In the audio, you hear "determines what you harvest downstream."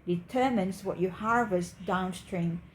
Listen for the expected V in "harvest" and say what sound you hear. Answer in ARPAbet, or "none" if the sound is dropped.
V